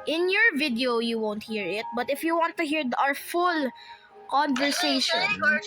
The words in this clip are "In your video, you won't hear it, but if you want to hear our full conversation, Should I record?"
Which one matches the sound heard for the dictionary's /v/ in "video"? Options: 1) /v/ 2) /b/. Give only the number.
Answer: 1